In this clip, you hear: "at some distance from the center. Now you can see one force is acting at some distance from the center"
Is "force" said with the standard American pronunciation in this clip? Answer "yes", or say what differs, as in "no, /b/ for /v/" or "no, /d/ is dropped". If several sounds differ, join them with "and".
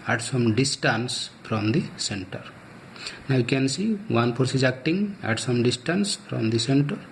no, /p/ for /f/